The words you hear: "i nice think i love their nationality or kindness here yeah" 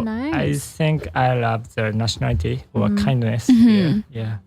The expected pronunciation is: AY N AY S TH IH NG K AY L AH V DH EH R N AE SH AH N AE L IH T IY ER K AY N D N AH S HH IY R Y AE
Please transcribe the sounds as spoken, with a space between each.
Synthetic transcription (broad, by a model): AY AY TH IH NG K AY L AH V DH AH N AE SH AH N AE L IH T IY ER K AY N D N AH S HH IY Y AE